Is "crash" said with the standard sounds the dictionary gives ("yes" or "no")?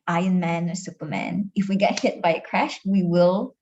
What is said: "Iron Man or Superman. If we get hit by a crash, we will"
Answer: yes